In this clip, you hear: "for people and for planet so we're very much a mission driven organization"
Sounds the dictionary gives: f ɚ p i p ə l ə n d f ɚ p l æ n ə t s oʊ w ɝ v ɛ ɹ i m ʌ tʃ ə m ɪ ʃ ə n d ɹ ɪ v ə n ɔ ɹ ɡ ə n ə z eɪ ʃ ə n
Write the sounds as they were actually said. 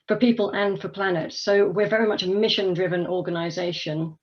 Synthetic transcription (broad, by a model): f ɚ p i p ə l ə n f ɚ p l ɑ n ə t s oʊ w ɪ v ɛ ɹ i m ʌ tʃ ə m ɪ ʃ ə n d ɹ ɪ v ə n ɔ ɡ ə n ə z eɪ ʃ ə n